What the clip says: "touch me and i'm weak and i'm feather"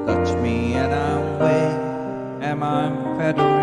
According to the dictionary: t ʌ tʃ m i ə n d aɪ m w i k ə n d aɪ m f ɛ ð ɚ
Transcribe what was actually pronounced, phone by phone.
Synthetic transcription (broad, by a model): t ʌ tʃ m i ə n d aɪ m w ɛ ə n aɪ m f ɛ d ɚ